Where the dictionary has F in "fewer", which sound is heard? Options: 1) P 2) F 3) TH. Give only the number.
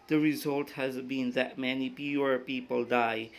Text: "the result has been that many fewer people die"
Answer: 1